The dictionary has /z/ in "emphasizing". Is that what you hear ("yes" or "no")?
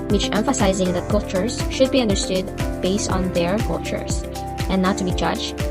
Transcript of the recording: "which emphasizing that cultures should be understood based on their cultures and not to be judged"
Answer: yes